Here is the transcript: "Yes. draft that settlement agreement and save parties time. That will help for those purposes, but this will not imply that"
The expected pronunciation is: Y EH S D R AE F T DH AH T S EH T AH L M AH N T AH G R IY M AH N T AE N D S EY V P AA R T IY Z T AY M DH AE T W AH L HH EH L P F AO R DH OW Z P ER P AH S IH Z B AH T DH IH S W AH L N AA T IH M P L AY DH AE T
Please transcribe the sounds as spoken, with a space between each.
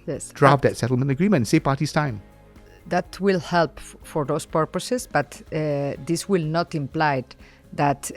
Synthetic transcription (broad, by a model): Y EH S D R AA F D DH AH T S EH T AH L M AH N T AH G R IY M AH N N S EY P AA T IY S T AY M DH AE T W AH L HH EH L P F AO R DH OW S P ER P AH S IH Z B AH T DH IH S W AH L N AA T IH M P L AY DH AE T